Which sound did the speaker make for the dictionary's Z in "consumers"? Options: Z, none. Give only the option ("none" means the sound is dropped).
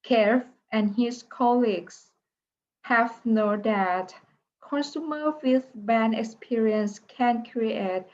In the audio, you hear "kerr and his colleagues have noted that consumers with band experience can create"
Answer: none